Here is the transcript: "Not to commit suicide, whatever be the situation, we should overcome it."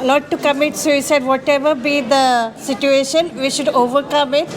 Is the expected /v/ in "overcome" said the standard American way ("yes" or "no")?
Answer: yes